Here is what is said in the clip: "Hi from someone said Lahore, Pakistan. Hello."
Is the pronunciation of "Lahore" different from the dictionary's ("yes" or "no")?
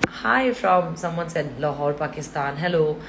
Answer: no